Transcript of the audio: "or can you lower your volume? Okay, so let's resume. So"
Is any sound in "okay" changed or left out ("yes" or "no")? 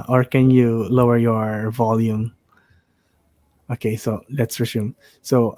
no